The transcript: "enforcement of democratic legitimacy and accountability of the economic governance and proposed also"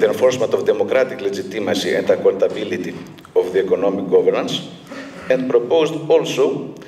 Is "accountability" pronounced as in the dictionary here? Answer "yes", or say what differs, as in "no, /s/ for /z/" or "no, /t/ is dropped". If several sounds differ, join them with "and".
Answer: no, /l/ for /n/